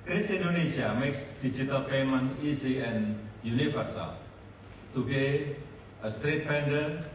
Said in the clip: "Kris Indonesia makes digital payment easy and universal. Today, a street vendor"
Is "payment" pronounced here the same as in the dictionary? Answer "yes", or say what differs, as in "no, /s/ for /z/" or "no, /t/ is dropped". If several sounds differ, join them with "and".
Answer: no, /t/ is dropped